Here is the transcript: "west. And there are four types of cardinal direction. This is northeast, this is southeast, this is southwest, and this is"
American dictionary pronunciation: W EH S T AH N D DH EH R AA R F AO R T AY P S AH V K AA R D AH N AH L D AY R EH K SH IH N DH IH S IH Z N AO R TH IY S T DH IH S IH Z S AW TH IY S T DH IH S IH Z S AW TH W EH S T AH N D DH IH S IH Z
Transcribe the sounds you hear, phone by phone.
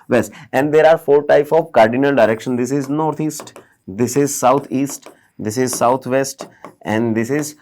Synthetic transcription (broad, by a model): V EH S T AH N D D EH R AA R F AO R T AY P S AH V K AA R D AH N AH L D AY R EH K SH IH N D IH S IH Z N AO R T IY S T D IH S IH Z S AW T IY S T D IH S IH Z S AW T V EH S T AH N D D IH S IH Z